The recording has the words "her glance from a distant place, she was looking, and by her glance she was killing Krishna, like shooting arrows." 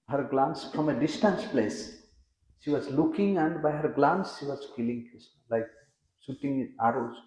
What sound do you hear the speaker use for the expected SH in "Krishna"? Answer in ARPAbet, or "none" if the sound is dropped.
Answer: S